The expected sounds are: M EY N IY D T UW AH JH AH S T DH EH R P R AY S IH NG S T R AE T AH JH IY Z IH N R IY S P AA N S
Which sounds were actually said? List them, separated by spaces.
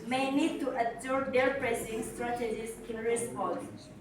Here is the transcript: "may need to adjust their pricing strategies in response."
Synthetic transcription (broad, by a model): M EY N IY D T UW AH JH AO T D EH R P R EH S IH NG S T R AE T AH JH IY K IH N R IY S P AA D